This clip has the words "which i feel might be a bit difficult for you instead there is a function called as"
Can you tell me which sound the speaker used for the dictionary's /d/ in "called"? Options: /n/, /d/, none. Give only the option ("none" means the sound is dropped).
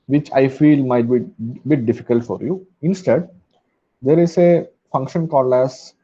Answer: none